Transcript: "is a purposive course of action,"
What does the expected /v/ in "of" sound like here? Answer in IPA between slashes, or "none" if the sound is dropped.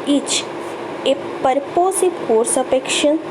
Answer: /p/